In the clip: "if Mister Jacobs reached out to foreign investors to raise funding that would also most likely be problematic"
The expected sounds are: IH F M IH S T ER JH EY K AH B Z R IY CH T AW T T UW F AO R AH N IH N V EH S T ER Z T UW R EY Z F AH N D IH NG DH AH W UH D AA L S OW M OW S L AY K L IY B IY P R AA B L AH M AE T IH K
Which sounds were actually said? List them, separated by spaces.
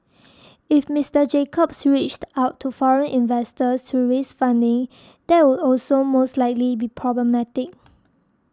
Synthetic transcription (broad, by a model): IH F M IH S T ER JH EY K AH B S R IY CH T AW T T UW F AO R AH N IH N V EH S T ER S T UW R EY S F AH N D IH NG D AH W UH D AA L S OW M OW S L AY K L IY B IY P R AA B L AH M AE T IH K